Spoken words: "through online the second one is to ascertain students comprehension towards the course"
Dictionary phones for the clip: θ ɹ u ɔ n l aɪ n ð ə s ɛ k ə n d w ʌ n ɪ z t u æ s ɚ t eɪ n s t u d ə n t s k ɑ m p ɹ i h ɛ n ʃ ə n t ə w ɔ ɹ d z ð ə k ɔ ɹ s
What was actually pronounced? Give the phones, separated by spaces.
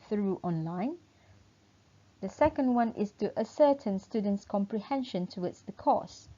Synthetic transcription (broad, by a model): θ ɹ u ɔ n l aɪ n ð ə s ɛ k ə n d w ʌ n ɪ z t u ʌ s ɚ t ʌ n s t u d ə n t s k ɑ m p ɹ i h ɛ n ʃ ə n t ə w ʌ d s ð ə k ɔ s